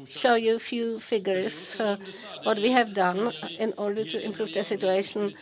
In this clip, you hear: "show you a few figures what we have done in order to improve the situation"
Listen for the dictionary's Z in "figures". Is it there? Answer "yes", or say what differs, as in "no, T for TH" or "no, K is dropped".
no, S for Z